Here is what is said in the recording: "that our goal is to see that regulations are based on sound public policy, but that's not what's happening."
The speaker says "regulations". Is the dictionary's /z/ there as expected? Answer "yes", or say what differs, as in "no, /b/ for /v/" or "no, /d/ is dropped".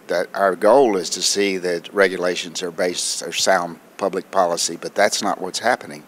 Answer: yes